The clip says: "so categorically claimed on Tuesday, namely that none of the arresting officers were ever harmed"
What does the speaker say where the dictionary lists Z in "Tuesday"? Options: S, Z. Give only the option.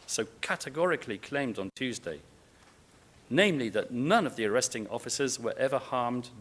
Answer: Z